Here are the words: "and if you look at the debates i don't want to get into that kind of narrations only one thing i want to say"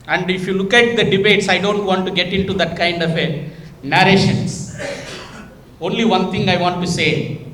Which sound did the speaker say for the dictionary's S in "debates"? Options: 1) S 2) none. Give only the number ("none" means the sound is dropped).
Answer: 1